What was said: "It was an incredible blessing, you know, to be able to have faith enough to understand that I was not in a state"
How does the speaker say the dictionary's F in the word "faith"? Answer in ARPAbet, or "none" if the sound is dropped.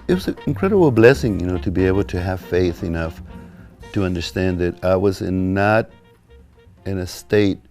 F